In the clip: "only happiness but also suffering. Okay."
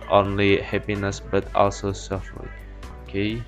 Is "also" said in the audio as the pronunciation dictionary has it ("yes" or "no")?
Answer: yes